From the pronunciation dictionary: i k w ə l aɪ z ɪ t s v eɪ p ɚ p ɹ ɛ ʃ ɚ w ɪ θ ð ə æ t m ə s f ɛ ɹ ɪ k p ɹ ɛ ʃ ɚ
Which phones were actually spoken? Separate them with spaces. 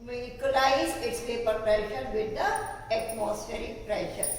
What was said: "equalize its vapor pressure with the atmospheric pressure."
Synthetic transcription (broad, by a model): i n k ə l aɪ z ɪ t s p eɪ p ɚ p ɹ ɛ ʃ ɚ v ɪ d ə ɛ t m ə s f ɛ ɹ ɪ k p ɹ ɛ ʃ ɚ